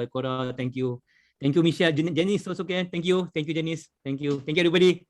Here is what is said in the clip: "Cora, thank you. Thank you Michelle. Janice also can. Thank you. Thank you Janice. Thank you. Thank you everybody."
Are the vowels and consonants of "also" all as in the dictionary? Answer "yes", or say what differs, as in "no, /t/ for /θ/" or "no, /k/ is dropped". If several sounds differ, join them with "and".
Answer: no, /l/ is dropped